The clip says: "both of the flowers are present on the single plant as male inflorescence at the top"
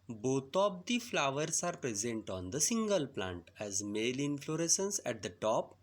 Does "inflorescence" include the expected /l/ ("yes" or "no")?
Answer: yes